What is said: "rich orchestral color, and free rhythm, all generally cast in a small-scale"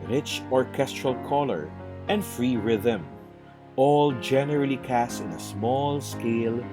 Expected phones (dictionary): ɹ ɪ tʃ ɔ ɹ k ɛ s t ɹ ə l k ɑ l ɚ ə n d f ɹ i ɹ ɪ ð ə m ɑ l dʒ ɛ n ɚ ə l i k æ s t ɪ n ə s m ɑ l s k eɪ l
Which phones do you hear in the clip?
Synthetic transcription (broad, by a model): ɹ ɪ tʃ ɔ ɹ k ɛ s t ɹ ə l k ɑ l ɚ ə n d f ɹ i ɹ ɪ ð ə m ɑ l dʒ ɛ n ɚ ə l i k æ s t ɪ n ə s m ɑ l s k eɪ l